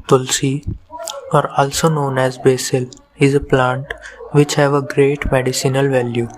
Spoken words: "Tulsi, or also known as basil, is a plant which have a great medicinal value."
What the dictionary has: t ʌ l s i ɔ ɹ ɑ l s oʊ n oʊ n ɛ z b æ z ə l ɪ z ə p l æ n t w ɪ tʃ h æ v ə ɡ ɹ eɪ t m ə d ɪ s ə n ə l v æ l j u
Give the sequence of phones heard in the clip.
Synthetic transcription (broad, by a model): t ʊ l s i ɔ ɹ ɑ l s oʊ n oʊ n ɛ z b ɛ s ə l ɪ z ə p l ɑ n t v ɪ tʃ h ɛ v ə ɡ ɹ eɪ t m ə d ɪ s ə n ə l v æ l j u